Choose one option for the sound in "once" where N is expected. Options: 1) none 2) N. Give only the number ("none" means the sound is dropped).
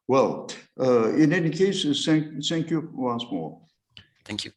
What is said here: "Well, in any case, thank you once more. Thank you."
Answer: 2